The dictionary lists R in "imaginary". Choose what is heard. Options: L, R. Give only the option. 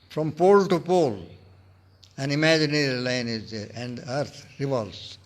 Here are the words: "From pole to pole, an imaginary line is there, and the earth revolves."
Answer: L